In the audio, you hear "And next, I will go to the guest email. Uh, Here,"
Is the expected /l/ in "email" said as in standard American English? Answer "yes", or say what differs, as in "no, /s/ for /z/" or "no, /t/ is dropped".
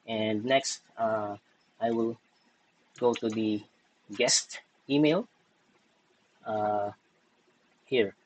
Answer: yes